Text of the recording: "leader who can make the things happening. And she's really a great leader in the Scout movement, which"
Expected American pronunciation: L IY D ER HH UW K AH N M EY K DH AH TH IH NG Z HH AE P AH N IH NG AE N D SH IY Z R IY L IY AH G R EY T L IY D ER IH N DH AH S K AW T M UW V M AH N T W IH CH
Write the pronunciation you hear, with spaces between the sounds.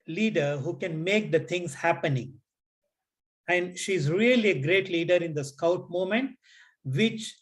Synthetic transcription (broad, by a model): L IY D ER HH UW K AH N M EY K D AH T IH NG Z HH AE P AH N IH NG AE N D SH IY Z R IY L IY AH G R EY T L IY D ER IH N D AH S K AW T M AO M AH N T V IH CH